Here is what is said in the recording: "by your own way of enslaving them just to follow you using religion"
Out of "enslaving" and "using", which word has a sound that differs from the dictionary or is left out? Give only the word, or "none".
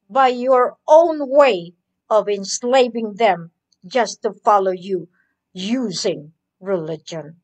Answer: none